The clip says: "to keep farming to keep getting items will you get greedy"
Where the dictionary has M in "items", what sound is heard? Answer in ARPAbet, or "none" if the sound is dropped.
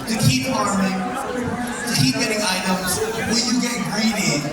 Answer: none